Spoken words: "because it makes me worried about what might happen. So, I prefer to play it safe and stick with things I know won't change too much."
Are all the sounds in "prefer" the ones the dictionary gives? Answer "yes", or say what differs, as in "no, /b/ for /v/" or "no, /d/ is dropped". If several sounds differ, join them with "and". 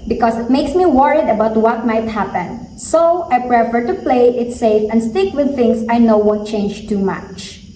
yes